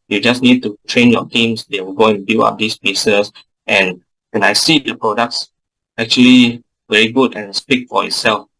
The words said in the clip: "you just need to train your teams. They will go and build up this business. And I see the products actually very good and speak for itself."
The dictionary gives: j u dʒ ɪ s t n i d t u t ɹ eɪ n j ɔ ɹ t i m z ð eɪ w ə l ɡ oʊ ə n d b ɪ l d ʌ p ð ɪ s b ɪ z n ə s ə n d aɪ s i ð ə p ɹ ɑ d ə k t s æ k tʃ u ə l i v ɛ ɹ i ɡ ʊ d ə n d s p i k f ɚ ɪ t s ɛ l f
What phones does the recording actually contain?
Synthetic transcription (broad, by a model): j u dʒ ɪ s n i d t u t ɹ eɪ n j ɔ t i m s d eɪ w ə l ɡ oʊ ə n b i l ɑ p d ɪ s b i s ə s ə n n aɪ s i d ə p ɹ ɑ d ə k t s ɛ k tʃ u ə l i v ɛ ɹ i ɡ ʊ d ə n s p i k f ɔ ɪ t s ɛ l f